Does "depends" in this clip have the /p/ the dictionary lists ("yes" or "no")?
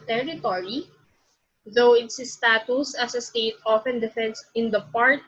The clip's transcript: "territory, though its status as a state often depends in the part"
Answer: no